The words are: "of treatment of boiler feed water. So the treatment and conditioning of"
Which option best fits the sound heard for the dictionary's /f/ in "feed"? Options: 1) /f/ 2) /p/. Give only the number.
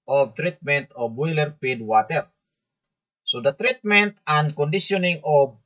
2